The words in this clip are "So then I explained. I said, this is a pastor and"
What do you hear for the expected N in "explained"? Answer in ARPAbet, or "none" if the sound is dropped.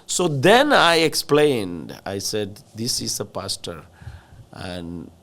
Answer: N